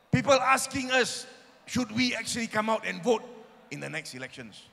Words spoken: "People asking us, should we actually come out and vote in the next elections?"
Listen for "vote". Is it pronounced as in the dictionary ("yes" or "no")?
yes